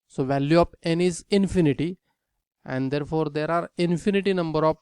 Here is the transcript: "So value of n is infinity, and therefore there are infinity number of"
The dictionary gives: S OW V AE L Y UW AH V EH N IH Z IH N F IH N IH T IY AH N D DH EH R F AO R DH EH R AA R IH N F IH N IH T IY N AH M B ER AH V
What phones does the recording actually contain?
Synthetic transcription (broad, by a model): S OW V AE L Y UW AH P EH N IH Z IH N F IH N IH T IY AH N D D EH R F AO R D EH R AA R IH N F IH N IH T IY N AH M B ER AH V